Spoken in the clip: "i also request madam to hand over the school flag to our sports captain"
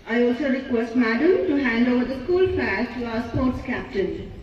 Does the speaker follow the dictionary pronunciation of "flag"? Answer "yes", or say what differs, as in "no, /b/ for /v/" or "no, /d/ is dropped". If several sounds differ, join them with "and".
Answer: no, /l/ is dropped